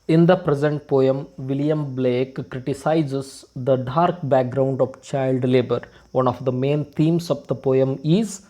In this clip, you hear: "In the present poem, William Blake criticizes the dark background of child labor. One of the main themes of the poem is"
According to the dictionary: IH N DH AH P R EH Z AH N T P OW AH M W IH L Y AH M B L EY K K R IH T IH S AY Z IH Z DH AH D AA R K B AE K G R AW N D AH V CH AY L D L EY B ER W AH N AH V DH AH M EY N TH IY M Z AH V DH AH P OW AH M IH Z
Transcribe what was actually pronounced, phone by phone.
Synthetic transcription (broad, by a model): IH N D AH P R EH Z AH N T P OW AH M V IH L Y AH M B L EY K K R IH T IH S AY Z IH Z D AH D AA R K B AE K G R AW N D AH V CH AY L D L EY B ER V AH N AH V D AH M EY N T IY M S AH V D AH P OW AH M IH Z